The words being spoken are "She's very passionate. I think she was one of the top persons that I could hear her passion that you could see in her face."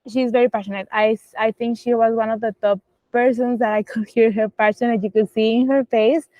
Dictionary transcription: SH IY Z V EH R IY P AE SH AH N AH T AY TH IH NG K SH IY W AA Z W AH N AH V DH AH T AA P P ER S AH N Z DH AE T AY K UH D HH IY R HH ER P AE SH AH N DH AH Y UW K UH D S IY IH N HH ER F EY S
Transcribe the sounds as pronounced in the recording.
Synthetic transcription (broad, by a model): SH IY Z V EH R IY P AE SH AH N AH T AY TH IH NG K SH IY W AA Z W AH N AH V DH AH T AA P P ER S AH N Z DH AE T AY K UH D HH IY R HH ER P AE S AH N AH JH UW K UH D S IY IH N HH ER F EY S